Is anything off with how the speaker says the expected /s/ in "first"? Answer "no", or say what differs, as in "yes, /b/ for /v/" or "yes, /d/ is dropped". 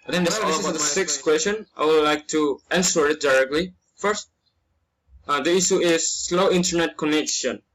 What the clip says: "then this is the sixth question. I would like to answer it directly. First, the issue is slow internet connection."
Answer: no